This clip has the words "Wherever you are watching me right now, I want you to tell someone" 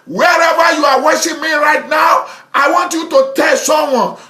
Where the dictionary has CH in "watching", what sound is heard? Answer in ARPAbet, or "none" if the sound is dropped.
SH